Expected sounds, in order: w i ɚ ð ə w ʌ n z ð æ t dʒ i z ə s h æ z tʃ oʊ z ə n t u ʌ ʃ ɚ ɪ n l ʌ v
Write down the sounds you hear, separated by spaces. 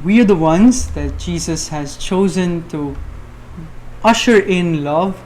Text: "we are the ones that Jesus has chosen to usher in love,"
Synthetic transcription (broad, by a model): w i ɚ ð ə w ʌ n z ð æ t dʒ i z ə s h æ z tʃ oʊ z ə n t u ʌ ʃ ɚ ɪ n l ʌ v